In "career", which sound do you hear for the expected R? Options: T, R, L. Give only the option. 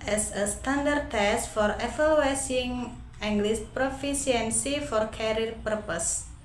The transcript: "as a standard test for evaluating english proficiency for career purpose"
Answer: L